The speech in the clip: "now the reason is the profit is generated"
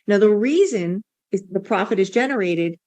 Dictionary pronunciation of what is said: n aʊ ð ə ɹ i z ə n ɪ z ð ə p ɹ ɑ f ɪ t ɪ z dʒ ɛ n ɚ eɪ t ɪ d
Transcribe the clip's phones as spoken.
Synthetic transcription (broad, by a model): n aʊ ð ə ɹ i z ə n ɪ z ð ə p ɹ ɑ f ɪ t ɪ z dʒ ɛ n ɚ eɪ t ɪ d